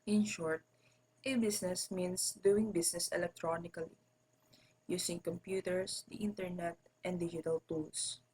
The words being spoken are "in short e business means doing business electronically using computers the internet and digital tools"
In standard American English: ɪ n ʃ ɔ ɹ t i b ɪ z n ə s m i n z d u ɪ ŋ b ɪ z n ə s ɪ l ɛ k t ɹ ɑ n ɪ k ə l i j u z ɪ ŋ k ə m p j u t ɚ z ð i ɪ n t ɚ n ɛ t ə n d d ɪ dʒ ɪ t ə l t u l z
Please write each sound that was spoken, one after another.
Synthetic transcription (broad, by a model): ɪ n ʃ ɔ ɹ t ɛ b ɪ s n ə s m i n s d u ɪ ŋ b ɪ s n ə s ɪ l ɛ k t ɹ ɑ n ɪ k ə l i j u s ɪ ŋ k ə m p j u t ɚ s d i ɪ n t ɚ n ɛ t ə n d d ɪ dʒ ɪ t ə l t u l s